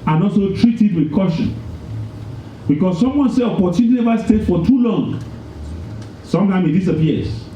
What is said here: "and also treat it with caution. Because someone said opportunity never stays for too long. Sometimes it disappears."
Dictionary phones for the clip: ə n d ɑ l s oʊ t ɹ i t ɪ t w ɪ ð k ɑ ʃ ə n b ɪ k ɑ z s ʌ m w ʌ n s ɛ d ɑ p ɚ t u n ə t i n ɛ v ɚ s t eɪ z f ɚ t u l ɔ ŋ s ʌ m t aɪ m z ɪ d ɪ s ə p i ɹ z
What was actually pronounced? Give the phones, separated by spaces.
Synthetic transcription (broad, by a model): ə n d ɑ l s oʊ t ɹ i t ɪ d w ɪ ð k ɑ ʃ ə n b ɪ k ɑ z s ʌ m w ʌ n s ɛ ɑ p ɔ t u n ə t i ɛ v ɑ s t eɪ s f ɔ t u l ɔ ŋ s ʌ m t aɪ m ɪ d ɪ s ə p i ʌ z